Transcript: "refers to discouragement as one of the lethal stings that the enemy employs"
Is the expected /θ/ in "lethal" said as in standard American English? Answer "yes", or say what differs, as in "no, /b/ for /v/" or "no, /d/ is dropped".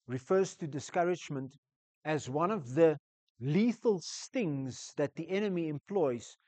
yes